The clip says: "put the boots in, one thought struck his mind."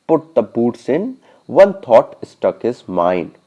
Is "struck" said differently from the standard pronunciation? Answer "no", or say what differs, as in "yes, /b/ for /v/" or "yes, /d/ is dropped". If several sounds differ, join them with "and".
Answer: yes, /ɹ/ is dropped